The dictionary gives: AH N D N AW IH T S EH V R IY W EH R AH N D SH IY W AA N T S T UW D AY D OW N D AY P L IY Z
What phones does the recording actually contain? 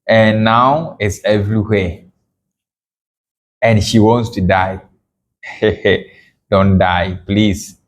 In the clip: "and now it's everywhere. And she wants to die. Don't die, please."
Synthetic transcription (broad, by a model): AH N N AW IH T S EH V R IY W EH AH N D SH IY W AA N T S T UW D AY D OW N D AY P L IY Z